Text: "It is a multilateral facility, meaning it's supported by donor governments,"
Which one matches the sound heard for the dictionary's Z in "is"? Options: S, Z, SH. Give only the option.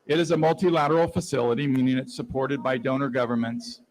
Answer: Z